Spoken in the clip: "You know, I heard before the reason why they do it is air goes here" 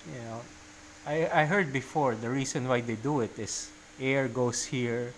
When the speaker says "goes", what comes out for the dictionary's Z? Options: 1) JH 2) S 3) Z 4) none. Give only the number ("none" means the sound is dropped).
2